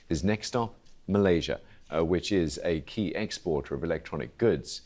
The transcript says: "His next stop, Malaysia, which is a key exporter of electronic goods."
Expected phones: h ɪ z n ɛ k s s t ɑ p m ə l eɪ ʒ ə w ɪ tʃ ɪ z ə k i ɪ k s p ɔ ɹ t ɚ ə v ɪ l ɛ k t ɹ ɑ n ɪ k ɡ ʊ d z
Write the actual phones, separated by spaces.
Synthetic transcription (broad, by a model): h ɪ z n ɛ k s s t ɑ p m ə l eɪ ʒ ə w ɪ tʃ ɪ z ə k i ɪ k s p ɔ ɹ t ɚ ə v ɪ l ɛ k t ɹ ɑ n ɪ k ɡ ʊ d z